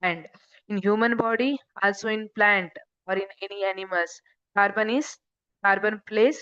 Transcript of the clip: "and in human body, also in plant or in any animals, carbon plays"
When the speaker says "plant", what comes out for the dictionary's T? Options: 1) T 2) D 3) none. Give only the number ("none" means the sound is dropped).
1